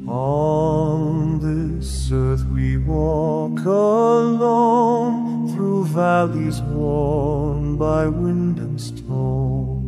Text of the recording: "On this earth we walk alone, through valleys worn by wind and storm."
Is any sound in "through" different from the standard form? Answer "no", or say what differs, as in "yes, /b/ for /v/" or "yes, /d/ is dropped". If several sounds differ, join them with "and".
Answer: no